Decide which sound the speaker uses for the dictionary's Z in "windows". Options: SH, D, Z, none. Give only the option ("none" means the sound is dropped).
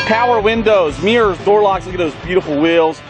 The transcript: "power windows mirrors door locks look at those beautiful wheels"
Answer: Z